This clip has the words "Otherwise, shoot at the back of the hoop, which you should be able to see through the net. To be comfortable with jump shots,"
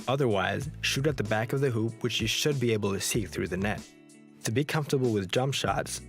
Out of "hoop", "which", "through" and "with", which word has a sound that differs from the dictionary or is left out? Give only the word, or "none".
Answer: none